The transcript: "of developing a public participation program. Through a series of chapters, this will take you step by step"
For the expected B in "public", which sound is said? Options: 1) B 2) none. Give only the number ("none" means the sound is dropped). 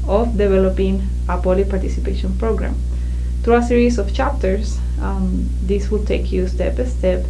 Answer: 2